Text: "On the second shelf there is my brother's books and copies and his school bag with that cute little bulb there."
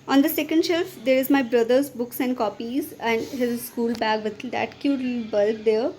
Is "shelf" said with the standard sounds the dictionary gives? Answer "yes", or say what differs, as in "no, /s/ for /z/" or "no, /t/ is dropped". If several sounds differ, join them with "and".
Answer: yes